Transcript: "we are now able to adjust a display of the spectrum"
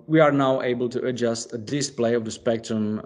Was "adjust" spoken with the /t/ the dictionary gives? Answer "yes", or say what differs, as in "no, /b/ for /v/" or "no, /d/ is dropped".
yes